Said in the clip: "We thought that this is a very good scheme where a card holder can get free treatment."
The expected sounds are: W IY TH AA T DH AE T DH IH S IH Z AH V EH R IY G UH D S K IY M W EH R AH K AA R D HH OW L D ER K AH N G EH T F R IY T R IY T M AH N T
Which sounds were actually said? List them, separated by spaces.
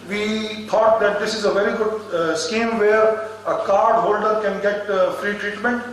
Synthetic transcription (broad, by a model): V IY T AA T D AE T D IH S IH Z AH V EH R IY G UH D S K IY M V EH R AH K AA R D HH OW L D ER K AH N G EH T F R IY T R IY T M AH N T